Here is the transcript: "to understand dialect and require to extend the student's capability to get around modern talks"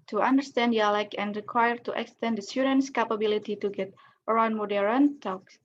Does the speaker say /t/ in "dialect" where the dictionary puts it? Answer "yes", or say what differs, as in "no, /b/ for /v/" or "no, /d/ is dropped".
no, /t/ is dropped